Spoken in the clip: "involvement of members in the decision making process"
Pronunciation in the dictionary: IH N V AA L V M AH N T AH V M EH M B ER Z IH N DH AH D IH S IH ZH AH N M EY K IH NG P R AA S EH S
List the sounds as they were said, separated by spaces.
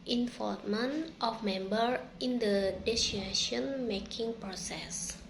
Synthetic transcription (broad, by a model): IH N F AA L M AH N T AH F M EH M B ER IH N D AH D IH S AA SH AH N M EY K IH NG P R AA S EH S